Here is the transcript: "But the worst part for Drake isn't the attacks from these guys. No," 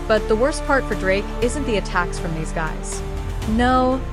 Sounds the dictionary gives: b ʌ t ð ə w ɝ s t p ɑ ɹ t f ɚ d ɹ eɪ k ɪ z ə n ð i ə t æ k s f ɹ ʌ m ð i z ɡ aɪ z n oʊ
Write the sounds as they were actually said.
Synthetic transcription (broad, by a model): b ʌ t ð ə w ɝ s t p ɑ ɹ t f ɚ d ɹ eɪ k ɪ z ə n ð i ə t æ k s f ɹ ʌ m ð i z ɡ aɪ z n oʊ